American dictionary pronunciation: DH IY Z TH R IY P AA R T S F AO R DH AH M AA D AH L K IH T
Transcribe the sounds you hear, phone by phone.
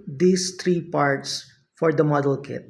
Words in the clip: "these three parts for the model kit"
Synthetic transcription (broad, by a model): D IY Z T R IY P AA R T S F AO R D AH M AA D AH L K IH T